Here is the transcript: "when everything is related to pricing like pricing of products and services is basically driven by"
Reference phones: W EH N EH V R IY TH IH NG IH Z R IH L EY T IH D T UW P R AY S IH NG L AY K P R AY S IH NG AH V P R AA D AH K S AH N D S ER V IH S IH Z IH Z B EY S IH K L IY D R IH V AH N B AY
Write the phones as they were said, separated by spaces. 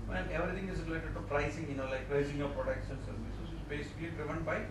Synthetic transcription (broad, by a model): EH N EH V R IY T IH NG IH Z R IH L EY T IH D T UW P R AY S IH NG L AY K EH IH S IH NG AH P R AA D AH K SH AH N S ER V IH S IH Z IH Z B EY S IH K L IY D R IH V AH N B AY